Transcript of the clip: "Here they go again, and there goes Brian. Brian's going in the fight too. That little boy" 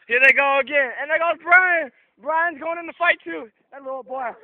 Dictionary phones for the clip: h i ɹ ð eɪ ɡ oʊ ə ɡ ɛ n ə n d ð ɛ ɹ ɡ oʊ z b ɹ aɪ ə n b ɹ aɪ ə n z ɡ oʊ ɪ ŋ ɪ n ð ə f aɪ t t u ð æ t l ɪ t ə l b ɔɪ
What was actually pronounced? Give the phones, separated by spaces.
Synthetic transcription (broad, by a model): h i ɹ ð eɪ ɡ oʊ ə ɡ ɛ n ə n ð ɛ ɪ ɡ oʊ b ɹ aɪ ə n b ɹ aɪ ə n z ɡ oʊ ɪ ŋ ɪ n ð ə f aɪ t t u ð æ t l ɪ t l b ɔɪ